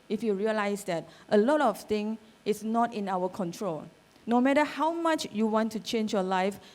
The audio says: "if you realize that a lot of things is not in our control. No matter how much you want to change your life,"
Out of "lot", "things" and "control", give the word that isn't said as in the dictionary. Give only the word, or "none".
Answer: things